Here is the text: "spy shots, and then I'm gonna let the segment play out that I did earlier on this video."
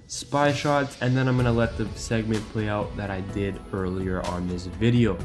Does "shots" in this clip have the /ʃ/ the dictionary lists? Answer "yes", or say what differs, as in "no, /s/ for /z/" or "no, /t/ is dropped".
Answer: yes